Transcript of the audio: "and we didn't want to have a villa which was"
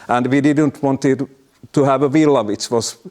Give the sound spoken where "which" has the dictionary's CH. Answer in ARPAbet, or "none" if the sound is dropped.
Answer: S